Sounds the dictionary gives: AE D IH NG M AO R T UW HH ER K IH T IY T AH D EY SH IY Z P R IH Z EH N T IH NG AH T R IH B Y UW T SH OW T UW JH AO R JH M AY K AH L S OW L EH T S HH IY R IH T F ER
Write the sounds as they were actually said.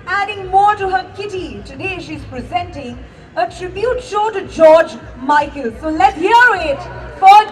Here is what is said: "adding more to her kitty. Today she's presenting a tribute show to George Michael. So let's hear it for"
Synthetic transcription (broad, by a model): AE D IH NG M AO R T UW HH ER K IH T IY T AH D EY SH IY Z P R IH Z EH N T IH NG AH T R IH B Y UW T SH OW T UW JH AO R JH M AY K AH L S OW L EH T HH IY R IH T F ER